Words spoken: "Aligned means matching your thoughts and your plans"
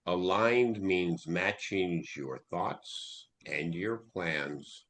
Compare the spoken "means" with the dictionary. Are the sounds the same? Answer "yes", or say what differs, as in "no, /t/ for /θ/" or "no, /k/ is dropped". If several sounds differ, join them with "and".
yes